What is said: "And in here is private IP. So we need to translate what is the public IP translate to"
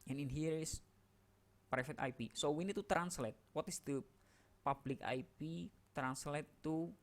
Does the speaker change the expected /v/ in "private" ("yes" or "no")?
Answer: yes